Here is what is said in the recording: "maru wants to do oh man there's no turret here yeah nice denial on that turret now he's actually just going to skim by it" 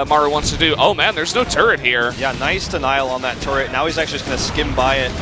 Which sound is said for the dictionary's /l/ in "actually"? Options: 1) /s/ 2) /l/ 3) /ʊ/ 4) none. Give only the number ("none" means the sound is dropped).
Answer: 4